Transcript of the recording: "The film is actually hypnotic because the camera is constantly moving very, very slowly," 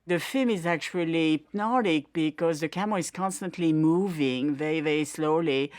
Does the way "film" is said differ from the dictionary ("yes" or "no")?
no